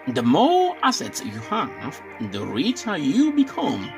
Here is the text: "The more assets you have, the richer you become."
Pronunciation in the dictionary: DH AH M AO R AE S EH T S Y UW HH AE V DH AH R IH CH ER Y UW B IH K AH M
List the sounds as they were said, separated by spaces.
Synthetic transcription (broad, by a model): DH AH M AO L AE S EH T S Y UW HH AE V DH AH R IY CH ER Y UW B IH K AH M